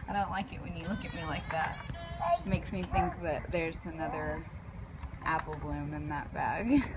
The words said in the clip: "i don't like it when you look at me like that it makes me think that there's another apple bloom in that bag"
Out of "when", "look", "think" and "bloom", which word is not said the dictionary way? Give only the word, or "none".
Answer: none